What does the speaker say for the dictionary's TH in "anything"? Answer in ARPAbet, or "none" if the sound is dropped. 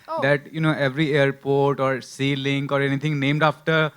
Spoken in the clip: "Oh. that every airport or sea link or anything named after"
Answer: T